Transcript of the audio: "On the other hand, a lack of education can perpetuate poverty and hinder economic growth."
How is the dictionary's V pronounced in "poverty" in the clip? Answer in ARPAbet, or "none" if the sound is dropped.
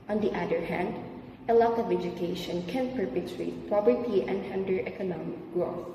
B